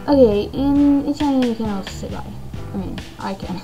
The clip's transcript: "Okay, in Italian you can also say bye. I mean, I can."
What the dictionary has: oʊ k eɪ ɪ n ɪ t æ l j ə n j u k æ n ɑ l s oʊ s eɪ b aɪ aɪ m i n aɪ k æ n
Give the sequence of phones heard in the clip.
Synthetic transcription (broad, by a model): oʊ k eɪ ɪ n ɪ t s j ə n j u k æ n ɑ s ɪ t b aɪ aɪ m i n aɪ k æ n